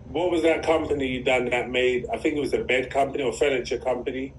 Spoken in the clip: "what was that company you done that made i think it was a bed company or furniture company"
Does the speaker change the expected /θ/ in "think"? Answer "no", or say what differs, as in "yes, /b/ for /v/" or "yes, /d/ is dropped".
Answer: no